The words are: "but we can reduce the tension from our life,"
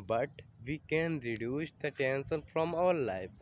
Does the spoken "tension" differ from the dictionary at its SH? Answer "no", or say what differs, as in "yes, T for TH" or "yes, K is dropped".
yes, S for SH